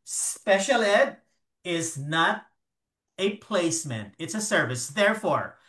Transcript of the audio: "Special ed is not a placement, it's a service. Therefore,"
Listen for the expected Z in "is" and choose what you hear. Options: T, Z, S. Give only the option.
Z